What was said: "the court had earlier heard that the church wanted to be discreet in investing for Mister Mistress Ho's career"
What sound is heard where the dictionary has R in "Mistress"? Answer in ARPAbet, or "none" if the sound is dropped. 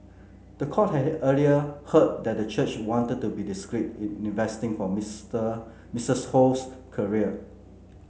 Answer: none